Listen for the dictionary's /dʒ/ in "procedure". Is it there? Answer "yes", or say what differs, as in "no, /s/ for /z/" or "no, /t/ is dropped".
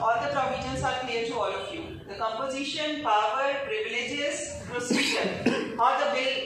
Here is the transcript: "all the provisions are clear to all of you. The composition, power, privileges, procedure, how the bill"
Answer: no, /ʃ/ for /dʒ/